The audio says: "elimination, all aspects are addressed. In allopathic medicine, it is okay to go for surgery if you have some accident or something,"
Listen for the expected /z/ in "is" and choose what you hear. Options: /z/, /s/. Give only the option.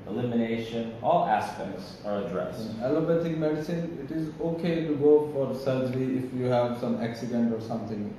/z/